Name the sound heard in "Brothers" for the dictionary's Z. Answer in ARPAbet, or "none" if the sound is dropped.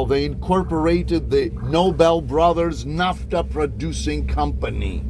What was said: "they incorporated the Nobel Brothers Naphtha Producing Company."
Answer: Z